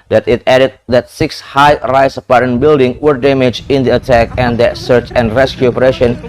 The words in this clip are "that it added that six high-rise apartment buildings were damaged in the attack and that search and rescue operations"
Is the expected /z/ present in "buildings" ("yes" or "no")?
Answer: no